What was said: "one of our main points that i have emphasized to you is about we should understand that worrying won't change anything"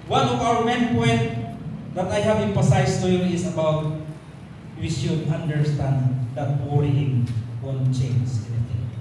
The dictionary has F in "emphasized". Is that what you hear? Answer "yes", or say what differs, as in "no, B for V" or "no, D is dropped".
no, P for F